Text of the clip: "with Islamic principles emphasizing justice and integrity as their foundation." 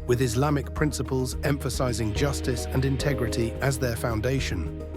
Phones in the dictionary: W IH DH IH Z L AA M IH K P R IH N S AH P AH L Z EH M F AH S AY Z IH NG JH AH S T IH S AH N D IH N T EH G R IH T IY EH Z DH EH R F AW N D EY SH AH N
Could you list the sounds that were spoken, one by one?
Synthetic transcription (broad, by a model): W IH DH IH Z L AA M IH K P R IH N S AH P AH L Z EH M F AH S AY Z IH NG JH AH S T IH S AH N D IH N T EH G R IH T IY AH Z DH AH F AW N D EY SH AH N